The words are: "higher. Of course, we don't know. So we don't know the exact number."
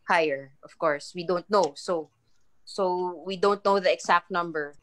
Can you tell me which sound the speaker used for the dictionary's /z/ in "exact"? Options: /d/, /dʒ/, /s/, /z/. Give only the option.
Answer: /s/